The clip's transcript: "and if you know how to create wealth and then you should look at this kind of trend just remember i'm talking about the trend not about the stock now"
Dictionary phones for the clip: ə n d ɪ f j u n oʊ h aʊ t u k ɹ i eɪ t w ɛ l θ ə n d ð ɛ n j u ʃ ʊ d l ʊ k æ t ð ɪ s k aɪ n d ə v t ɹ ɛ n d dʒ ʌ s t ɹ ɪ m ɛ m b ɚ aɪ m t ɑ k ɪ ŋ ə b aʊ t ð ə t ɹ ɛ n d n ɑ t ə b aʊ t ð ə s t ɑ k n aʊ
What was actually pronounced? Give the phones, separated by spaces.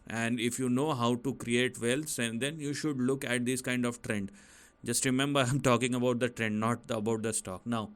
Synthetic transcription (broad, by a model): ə n d ɪ f j u n oʊ h aʊ t u k ɹ i eɪ t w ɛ l s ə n d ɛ n j u ʃ ʊ d l ʊ k æ t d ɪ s k aɪ n d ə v t ɹ ɛ n d dʒ ʌ s t ɹ ɪ m ɛ m b ɚ aɪ m t ɑ k ɪ ŋ ə b aʊ t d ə t ɹ ɛ n d n ɑ t ə b aʊ t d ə s t ɑ k n aʊ